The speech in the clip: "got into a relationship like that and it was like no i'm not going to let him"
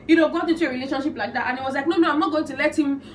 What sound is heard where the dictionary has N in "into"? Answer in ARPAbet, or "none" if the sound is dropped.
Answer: none